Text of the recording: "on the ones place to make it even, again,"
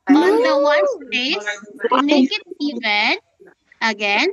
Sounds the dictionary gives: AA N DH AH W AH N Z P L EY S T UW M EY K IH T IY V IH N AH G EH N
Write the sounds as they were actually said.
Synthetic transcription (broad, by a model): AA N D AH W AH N P EY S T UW M EY K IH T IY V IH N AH G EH N